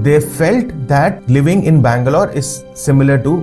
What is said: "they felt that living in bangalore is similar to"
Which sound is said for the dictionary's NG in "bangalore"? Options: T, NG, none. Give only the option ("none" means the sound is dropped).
NG